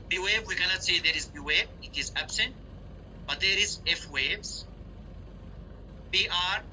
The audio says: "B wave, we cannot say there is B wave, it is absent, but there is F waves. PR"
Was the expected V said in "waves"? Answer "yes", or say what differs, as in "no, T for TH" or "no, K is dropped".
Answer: no, B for V